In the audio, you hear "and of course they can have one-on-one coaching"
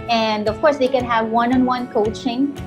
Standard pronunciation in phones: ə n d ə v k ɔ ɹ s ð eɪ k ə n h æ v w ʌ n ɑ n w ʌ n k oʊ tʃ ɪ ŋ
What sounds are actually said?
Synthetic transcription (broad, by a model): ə n d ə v k ɔ ɹ s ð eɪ k ə n h æ v w ʌ n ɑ n w ʌ n k oʊ tʃ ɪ ŋ